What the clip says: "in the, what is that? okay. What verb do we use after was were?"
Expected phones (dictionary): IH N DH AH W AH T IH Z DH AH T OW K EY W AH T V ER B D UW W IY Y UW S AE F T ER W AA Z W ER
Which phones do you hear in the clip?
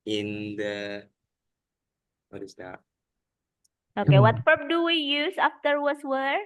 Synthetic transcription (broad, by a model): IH N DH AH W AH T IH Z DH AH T OW K EY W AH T P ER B D UW W IY Y UW S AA F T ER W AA S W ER